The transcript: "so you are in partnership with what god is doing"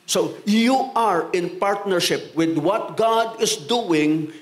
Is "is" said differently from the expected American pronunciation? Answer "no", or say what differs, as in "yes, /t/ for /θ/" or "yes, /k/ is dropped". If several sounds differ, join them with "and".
yes, /s/ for /z/